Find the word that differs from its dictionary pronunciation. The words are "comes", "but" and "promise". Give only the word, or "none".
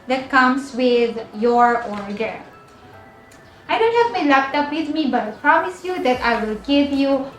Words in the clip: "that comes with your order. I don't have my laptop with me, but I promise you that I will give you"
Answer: comes